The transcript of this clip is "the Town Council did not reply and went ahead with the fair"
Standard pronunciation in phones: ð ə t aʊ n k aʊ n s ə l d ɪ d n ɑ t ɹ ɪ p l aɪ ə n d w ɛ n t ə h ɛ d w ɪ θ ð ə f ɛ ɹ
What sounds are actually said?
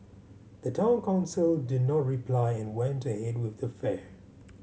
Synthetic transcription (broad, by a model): ð ə t aʊ n k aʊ n s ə l d ɪ d n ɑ t ɹ ɪ p l aɪ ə n w ɛ n t ə h ɛ d w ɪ ð ə f ɛ ɹ